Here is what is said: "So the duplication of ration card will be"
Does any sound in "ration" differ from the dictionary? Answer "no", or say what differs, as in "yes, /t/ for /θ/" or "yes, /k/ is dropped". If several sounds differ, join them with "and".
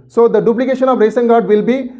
yes, /s/ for /ʃ/